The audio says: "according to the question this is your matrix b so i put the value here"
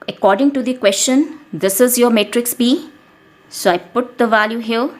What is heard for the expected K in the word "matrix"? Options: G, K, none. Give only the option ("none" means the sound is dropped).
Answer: K